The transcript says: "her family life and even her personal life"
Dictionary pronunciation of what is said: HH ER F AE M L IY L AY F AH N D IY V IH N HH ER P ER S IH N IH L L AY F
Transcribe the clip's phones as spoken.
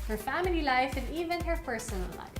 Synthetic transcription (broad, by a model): HH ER F AE M L IY L AY F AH N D IY V IH N HH ER P ER S IH N IH L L AY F